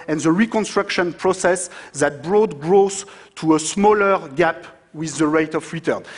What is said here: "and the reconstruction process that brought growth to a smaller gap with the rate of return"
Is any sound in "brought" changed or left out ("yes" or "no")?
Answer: no